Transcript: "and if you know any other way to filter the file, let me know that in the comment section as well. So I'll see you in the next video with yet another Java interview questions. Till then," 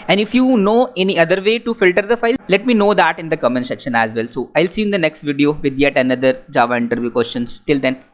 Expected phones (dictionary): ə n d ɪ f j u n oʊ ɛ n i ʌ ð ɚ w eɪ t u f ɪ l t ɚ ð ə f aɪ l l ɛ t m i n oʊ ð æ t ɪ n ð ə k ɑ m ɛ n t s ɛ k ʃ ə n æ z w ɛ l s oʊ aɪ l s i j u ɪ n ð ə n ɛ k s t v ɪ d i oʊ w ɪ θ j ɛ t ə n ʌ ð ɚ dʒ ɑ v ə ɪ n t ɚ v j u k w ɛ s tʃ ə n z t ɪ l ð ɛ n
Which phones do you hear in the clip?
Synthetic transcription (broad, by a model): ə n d ɪ f j u n oʊ ɛ n i ʌ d ɚ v eɪ t u f ɪ l t ɚ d ə f aɪ l l ɛ t m i n oʊ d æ t ɪ n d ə k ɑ m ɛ n s ɛ k ʃ ə n æ z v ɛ l s oʊ aɪ l s i ɪ n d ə n ɛ k s t v ɪ d i oʊ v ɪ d j ɛ t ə n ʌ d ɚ dʒ ɑ v ə ɪ n t ɚ v j u k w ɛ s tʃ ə n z t ɪ l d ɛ n